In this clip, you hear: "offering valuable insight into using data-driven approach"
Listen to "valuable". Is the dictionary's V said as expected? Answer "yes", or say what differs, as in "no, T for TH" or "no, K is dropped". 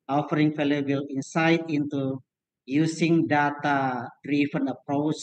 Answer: no, F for V